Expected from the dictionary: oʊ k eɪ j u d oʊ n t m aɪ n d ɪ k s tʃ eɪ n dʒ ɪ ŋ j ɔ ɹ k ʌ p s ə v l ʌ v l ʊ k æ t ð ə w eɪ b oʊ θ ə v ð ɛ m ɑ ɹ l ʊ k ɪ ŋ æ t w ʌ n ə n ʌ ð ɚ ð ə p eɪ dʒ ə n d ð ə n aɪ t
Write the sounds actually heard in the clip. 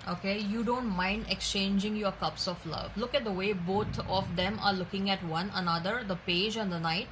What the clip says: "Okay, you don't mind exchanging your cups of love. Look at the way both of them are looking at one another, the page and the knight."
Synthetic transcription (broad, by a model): oʊ k eɪ j u d oʊ n t m aɪ n d ɪ k s tʃ eɪ n dʒ ɪ ŋ j ɔ ɹ k ʌ p s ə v l ʌ v l ʊ k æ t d ə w eɪ b oʊ t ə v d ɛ m ɑ ɹ l ʊ k ɪ ŋ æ t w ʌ n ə n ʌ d ɚ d ə p eɪ dʒ ə n d ə n aɪ t